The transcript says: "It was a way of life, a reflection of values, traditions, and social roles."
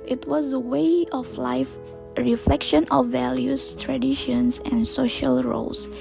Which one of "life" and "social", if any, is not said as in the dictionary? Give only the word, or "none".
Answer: none